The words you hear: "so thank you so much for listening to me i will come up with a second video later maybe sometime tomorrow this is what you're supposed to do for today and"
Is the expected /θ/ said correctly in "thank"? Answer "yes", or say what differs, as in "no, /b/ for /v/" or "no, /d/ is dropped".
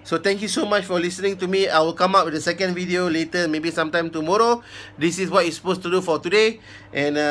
no, /t/ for /θ/